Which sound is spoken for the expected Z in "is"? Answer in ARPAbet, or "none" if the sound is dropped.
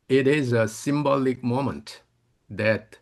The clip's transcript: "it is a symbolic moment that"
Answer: Z